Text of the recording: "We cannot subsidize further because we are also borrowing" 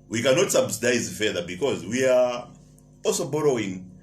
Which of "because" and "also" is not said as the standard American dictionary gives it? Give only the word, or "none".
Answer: none